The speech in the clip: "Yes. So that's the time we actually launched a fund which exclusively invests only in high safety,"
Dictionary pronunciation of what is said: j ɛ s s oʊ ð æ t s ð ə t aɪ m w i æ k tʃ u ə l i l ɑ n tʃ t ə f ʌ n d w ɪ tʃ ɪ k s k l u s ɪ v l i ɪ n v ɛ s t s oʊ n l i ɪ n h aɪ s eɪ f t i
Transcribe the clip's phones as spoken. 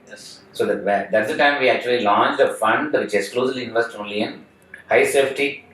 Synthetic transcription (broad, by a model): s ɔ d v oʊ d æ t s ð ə t aɪ m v i æ k tʃ u ə l i l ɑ n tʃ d ə f ʌ n d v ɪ tʃ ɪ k s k l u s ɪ l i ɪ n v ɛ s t oʊ n l i ɪ n h aɪ s eɪ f t i